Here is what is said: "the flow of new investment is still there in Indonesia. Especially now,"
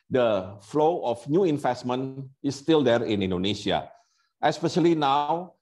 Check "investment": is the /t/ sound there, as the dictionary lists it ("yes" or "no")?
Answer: no